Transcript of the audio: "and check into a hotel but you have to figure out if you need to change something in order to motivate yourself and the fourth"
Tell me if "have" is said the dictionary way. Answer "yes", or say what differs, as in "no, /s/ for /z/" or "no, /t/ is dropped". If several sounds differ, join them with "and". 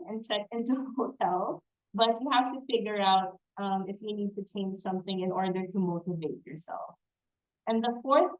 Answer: no, /f/ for /v/